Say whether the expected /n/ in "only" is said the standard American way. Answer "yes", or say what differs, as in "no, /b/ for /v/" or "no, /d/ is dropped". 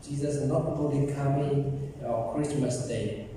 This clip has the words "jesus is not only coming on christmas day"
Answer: no, /n/ is dropped